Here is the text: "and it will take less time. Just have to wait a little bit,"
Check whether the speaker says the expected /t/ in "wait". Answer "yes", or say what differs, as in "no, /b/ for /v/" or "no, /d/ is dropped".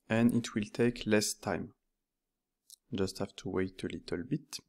yes